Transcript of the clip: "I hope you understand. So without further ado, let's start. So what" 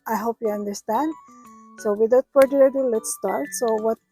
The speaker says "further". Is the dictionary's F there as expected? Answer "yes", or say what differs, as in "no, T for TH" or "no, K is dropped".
no, P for F